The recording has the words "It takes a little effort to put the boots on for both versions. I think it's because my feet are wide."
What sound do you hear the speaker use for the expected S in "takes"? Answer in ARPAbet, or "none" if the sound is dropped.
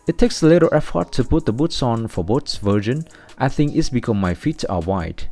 S